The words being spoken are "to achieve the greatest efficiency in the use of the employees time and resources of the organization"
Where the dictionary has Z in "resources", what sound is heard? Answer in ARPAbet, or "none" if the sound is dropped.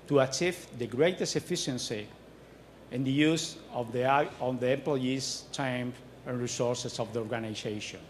S